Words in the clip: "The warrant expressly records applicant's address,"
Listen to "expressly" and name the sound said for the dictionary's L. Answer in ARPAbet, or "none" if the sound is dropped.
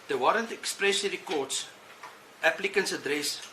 none